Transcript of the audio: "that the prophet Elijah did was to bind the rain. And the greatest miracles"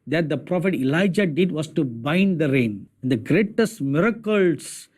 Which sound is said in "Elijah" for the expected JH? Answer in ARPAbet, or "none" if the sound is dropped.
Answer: JH